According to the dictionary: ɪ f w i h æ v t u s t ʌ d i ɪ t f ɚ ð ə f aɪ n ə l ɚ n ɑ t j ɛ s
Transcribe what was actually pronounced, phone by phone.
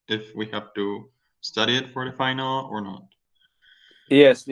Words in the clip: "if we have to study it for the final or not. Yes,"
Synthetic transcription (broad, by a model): ɪ f w i h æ f t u s t ʌ d i ɪ t f ɚ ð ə f aɪ n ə l ɚ n ɑ t j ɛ s